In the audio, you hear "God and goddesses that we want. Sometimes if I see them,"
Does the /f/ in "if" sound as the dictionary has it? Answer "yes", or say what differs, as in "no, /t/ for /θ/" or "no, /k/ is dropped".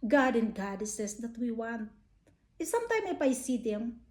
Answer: no, /p/ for /f/